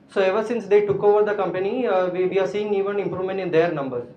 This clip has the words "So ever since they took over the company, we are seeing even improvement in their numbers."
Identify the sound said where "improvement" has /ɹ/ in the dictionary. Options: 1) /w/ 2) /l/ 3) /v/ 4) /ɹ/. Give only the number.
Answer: 4